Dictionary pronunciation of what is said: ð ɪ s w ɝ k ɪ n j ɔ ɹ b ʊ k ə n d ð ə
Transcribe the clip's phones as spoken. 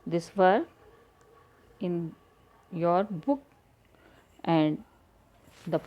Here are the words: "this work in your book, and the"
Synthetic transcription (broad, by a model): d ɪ s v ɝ ɪ n j ɔ ɹ b ʊ k ə n d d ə